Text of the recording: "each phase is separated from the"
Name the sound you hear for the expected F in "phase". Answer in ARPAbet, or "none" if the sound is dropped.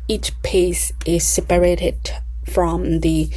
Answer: P